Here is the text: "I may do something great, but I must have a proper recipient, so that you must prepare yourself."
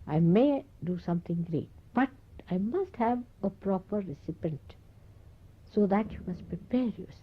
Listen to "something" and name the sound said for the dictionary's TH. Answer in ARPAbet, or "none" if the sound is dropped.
T